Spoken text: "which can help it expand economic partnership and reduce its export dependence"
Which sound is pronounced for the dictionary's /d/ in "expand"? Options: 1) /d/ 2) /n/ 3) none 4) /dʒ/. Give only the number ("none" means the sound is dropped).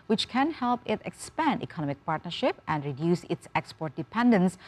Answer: 1